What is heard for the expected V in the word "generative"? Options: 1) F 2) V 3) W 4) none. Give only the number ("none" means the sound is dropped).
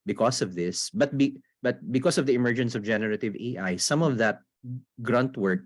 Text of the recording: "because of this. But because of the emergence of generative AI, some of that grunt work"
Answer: 2